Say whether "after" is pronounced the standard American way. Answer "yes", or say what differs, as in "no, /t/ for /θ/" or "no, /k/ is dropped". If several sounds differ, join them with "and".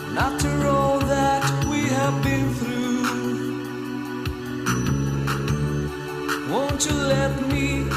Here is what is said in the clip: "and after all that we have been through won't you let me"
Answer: no, /f/ is dropped